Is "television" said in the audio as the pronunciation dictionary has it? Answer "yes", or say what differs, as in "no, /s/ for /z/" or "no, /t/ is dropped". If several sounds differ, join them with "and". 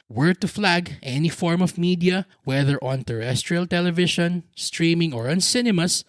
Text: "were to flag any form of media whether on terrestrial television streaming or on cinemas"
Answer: no, /ʃ/ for /ʒ/